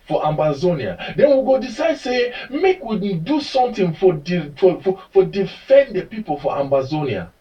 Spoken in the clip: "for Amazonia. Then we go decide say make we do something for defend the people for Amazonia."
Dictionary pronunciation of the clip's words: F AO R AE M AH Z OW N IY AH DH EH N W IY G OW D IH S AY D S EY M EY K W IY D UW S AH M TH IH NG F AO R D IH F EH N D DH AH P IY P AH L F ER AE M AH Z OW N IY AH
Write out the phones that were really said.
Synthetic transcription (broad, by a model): F AO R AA M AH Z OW N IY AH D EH N W IY G OW D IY S AY D S EY M EY K W IY D UW S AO M F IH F F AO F D IH F EH N D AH P IY P AH L F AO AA M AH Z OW N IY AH